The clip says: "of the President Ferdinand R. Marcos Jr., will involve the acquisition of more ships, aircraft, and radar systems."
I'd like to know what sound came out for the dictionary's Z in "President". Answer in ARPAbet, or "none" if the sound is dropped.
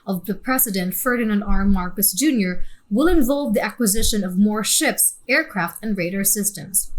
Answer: S